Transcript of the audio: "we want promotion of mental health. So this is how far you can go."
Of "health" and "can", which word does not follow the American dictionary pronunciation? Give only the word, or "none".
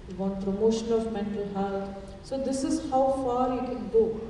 health